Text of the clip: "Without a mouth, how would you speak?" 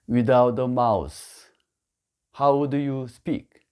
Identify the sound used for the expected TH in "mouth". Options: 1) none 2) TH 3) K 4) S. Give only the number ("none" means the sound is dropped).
4